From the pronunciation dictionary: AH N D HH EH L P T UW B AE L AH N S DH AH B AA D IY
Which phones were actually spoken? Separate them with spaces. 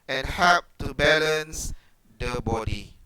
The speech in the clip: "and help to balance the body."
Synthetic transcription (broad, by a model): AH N HH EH P T UW B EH L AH N S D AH B AA D IY